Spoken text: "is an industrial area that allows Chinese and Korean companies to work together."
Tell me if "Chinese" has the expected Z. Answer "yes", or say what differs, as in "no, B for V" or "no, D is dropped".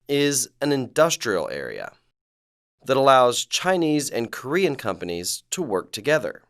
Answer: yes